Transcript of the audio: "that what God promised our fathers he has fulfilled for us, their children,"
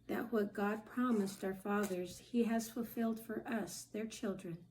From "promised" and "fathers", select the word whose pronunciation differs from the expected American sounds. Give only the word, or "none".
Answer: none